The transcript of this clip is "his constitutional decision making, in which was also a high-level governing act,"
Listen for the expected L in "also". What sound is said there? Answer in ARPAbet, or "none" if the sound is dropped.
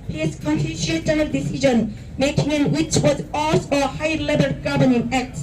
none